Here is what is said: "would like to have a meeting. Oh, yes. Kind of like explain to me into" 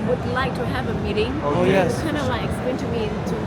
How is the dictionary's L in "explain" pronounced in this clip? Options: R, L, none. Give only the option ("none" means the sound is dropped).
none